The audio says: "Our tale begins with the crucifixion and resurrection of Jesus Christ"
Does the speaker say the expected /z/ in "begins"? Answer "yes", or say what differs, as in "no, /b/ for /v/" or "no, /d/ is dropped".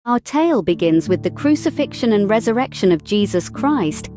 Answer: yes